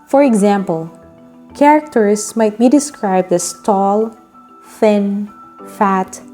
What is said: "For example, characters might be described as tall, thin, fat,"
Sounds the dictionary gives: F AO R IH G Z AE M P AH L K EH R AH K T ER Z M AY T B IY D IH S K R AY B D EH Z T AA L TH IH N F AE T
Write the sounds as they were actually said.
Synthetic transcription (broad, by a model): F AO R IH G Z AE M P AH L K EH R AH K T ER S M AY T B IY D IH S K R AY B D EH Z T AA L TH IH N F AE T